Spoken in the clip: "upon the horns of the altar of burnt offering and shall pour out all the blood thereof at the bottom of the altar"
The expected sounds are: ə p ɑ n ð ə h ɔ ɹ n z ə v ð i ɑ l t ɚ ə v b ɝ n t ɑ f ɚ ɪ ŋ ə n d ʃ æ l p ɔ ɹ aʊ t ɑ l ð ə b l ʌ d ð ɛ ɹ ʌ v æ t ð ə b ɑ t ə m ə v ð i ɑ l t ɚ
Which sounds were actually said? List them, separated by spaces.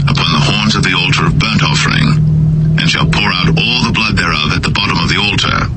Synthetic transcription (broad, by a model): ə p ɑ n ð ə h ɔ ɹ n z ə v ð i ɑ l t ɚ ə v b ɝ n t ɑ f ɚ ɪ ŋ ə n ʃ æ l p ɔ ɹ aʊ t ɑ l ð ə b l ʌ d ð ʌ ɹ ʌ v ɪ t ð ə b ɑ t ə m ə v ð i ɑ l t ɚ